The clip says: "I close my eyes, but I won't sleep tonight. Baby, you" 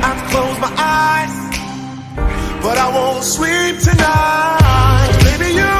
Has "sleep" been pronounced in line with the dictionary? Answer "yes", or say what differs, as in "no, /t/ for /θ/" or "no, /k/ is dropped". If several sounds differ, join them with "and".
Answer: no, /w/ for /l/